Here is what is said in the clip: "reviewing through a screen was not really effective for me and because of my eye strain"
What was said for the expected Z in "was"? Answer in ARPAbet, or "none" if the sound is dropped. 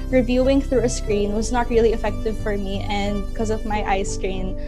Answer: Z